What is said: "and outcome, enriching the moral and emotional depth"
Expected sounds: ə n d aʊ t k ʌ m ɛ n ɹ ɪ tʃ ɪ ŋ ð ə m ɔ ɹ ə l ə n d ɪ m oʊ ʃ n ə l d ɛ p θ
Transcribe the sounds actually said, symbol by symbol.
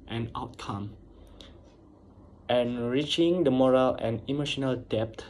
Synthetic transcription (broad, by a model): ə n aʊ t k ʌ m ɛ n ɹ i tʃ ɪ ŋ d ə m ɔ ɹ ə l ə n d ɪ m oʊ ʃ n ə l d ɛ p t